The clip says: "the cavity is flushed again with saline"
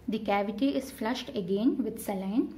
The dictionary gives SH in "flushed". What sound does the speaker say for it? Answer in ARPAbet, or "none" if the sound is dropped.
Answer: SH